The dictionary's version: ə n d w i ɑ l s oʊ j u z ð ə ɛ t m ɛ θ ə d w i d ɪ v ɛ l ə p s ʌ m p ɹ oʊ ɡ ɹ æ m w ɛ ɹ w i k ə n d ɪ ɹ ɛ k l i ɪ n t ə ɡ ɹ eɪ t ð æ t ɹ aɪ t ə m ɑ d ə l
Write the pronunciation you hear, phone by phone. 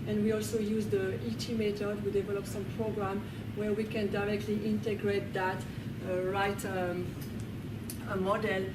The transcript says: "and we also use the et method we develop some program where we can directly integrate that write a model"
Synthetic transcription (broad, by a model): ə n w i ɑ l s oʊ j u z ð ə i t m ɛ t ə d w i d ɪ v ɛ l ə p s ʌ m p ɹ oʊ ɡ ɹ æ m w ɛ ɹ w i k ə n d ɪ ɹ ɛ k l i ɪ n t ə ɡ ɹ eɪ t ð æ t ɹ aɪ t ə m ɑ d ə l